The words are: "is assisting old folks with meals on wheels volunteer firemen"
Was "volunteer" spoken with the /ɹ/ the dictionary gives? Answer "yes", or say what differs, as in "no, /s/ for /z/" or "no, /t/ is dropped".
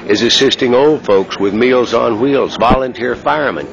yes